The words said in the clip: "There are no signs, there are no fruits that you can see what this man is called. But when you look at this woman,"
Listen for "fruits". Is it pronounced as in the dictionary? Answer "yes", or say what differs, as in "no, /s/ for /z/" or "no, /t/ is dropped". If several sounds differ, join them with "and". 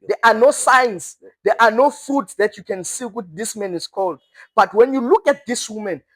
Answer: no, /ɹ/ is dropped